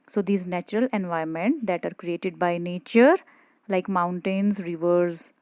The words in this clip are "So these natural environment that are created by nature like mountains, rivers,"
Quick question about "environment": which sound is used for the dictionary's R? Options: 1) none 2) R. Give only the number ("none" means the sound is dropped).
1